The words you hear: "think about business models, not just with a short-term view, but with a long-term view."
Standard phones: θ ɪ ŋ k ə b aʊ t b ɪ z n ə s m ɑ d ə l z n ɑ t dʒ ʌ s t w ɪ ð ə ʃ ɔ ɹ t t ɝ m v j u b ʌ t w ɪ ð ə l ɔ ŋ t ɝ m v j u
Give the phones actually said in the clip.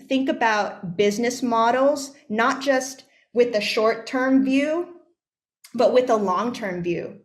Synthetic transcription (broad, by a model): θ ɪ ŋ k ə b aʊ t b ɪ z n ə s m ɑ d l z n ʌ t dʒ ʌ s t w ɪ ð ə ʃ ɔ ɹ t t ɝ m v j u b ʌ t w ɪ ð ə l ɔ ŋ t ɝ m v j u